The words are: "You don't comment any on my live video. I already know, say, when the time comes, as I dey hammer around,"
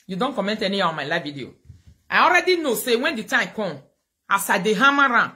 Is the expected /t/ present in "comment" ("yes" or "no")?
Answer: yes